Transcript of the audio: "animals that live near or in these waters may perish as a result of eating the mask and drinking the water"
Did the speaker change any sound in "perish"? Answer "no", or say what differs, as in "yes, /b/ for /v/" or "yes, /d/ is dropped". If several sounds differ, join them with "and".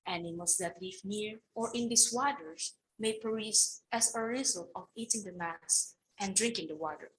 yes, /s/ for /ʃ/